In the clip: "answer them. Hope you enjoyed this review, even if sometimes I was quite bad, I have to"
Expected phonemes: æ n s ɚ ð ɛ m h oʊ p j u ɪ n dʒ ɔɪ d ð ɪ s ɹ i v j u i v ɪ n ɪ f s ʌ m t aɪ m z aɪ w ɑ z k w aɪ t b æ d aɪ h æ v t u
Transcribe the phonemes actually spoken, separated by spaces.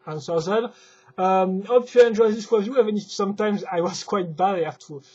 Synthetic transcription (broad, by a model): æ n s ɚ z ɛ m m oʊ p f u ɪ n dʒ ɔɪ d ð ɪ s w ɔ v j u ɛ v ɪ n ɪ f s ʌ m t aɪ m z aɪ w ɑ z k w aɪ t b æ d aɪ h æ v t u